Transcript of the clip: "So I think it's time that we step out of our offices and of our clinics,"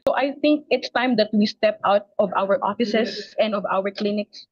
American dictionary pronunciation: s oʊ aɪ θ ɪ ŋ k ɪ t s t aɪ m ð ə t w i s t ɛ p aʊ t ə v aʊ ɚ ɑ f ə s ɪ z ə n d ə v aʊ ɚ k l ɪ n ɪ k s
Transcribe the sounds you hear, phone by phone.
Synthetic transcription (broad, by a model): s oʊ aɪ θ ɪ ŋ k ɪ t s t aɪ m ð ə t w i s t ɛ p aʊ t ə v aʊ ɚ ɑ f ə s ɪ s ə n d ə v aʊ ɚ k l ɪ n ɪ k s